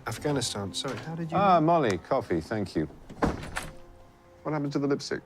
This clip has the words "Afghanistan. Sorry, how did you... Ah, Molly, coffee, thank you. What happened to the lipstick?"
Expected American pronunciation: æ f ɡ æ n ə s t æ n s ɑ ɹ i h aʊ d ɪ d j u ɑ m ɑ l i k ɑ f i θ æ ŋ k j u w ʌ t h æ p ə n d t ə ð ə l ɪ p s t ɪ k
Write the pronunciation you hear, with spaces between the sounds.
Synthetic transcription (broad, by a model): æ f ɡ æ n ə s t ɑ n s ɑ ɹ i h aʊ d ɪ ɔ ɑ m ɑ l i k ɑ f i θ æ ŋ k j u w ʌ t h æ p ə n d t ə ð ə l ɪ p s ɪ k